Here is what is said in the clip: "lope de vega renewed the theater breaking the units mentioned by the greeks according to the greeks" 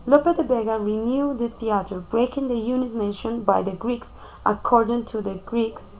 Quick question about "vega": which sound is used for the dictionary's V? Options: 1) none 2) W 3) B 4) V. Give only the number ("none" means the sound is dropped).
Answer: 3